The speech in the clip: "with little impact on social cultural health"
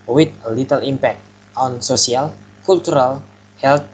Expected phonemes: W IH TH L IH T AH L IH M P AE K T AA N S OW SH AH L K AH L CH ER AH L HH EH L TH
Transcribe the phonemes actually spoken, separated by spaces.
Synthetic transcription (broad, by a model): W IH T L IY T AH L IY M P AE K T AA N S OW S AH L K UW L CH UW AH L HH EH L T